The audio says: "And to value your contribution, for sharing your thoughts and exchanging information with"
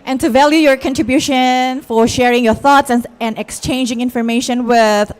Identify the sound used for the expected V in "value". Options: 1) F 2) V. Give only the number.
2